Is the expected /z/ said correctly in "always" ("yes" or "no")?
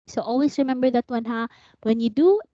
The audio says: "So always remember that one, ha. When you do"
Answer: no